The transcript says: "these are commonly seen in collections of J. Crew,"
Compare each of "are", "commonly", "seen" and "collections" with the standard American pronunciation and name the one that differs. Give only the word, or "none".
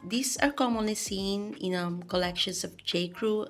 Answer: collections